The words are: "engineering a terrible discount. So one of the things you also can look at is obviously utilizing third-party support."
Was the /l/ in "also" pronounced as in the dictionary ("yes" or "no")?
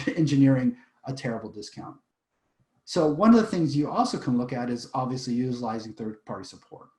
yes